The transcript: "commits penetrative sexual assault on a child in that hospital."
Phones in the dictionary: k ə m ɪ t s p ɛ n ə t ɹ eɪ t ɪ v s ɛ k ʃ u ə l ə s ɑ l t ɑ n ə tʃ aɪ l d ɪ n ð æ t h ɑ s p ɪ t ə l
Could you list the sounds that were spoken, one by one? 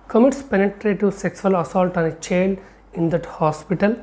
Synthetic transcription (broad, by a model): k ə m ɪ t s p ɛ n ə t ɹ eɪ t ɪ s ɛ k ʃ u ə l ə s ɑ l t ɑ n ə tʃ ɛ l ɪ n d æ t h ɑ s p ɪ t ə l